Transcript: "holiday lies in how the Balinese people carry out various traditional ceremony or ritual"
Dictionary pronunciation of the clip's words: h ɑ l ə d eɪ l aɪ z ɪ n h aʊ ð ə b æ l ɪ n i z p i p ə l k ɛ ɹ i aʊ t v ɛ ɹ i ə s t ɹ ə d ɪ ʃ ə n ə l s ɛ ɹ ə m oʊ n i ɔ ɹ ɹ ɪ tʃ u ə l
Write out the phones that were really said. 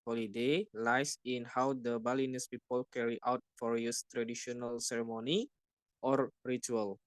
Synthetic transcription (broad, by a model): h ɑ l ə d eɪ l aɪ s ɪ n h aʊ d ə b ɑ l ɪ n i s p i p ə l k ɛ ɹ i aʊ t f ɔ ɹ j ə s t ɹ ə d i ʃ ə n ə l s ɛ ɹ ə m oʊ n i ɔ ɹ ɹ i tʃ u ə l